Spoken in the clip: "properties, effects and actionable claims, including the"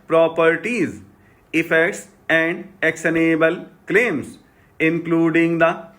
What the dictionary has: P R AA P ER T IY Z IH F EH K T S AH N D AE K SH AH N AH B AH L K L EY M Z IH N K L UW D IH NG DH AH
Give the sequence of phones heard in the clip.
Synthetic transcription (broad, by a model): P R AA P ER T IY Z IH F EH K T S AH N D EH K S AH N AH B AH L K L EY M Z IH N K L UW D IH NG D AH